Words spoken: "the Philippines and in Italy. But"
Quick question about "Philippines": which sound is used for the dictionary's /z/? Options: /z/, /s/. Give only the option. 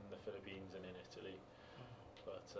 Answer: /z/